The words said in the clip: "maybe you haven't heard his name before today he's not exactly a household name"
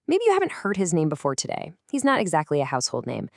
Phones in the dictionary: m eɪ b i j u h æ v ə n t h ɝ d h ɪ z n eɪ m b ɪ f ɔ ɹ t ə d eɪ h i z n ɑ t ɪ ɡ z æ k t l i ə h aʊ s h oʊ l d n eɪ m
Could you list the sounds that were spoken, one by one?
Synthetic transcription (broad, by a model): m eɪ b i j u h æ v ə n t h ɝ d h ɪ z n eɪ m b ɪ f ɔ ɹ t ə d eɪ h i z n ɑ t ɪ ɡ z æ k t l i ə h aʊ s h oʊ l d n eɪ m